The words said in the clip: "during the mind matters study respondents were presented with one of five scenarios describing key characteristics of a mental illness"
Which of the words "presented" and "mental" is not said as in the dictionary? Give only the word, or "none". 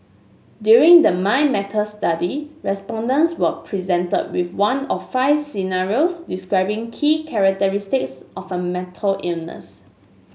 mental